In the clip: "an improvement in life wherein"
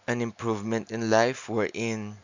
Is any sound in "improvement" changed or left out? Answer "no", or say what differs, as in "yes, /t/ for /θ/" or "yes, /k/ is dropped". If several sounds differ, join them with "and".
no